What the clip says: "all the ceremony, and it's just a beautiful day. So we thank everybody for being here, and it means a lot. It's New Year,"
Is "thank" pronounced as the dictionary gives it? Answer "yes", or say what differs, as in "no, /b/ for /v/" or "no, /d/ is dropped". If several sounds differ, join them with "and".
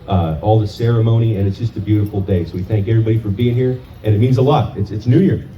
yes